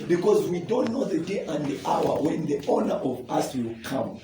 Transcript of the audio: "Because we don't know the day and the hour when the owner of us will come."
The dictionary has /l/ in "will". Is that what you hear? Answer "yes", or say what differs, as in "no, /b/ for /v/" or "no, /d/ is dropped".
yes